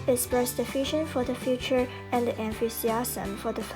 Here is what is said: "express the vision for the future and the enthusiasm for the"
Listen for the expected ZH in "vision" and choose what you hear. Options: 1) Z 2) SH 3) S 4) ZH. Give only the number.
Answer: 2